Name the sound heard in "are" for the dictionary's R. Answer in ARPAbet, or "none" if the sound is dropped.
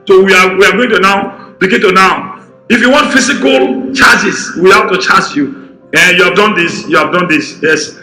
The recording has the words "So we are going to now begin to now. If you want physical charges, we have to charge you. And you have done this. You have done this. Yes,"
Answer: W